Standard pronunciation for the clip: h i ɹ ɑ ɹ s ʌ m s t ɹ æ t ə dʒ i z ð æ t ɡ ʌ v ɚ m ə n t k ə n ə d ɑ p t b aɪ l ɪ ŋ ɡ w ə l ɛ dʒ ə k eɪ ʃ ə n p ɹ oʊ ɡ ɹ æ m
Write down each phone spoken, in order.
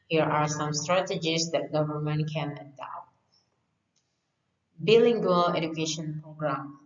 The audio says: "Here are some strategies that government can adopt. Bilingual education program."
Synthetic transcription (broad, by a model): h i ɹ ɑ ɹ s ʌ m s t ɹ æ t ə dʒ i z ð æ t ɡ ʌ v ɚ m ə n t k ə n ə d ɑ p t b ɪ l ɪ ŋ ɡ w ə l ɛ dʒ ə k eɪ ʃ ə n p ɹ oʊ ɡ ɹ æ m